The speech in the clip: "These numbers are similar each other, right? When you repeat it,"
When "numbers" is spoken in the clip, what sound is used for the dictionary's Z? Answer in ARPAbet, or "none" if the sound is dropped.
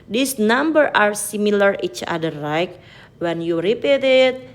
none